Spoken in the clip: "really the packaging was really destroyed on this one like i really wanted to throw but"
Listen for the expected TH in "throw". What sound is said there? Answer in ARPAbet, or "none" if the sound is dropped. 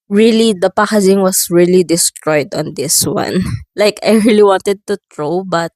T